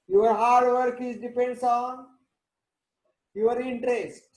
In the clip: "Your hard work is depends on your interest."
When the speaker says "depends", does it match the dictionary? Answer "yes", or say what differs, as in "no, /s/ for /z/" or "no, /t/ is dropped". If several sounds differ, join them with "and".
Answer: no, /s/ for /z/